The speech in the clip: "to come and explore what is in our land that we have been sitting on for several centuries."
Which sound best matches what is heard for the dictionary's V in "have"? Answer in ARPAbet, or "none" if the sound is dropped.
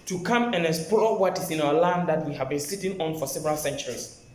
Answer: V